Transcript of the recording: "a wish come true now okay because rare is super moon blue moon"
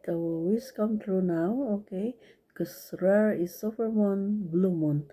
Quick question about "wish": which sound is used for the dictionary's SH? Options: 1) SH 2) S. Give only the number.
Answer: 2